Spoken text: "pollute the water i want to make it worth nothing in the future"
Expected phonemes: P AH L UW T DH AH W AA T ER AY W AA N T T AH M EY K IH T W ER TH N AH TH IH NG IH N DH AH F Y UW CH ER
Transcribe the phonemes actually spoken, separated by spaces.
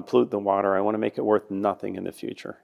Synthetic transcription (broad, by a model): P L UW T DH AH W AA T ER AY W AA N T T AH M EY K IH T W ER TH N AH TH IH NG IH N DH AH F Y UW CH ER